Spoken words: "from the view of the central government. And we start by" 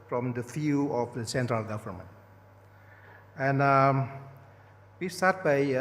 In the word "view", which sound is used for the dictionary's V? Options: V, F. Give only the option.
F